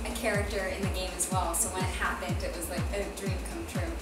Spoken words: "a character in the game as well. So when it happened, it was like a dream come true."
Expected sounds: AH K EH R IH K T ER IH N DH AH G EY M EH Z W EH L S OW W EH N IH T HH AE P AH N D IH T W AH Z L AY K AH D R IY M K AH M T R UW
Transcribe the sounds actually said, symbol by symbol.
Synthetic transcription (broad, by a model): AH K EH R IH K T ER IH N DH AH G EY M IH Z W EH L S OW W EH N IH T HH AE P AH N D IH T W AH Z L AY K AH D R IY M K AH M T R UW